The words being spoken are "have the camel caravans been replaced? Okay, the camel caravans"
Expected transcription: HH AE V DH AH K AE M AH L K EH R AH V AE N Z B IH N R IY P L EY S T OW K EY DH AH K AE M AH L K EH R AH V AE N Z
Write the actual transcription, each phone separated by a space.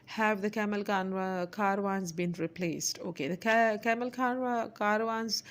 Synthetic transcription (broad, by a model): HH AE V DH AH K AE M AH L K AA R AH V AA N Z B IH N R IY P L EY S T OW K EY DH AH K AE M AH L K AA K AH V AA N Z